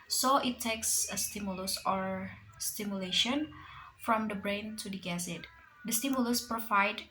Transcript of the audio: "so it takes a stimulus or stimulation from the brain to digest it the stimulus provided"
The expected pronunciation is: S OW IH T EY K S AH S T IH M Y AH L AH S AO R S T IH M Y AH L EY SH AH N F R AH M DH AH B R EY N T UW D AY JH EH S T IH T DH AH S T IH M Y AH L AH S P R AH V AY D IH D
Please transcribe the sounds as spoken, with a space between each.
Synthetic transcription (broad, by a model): S OW IH T EY K S AH S T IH M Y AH L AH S AO R S T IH M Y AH L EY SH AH N F R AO M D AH B R EY N T UW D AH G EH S IH T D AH S T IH M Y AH L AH S P R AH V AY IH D